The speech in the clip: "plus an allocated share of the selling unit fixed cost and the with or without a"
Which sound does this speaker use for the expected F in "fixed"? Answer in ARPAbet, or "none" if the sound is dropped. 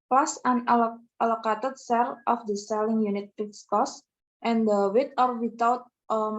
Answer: P